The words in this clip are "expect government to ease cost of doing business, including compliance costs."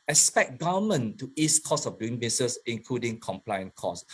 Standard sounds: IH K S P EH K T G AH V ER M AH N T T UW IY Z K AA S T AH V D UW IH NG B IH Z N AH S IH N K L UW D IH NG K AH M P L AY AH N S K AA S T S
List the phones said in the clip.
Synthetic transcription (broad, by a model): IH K S P EH K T G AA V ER M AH N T T UW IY S K AA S AH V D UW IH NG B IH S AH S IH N K L UW D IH NG K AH M P L AY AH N K AA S S